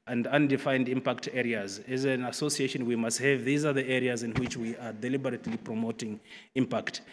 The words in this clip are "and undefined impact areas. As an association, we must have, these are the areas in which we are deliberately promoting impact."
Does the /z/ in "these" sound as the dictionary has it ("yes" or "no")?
yes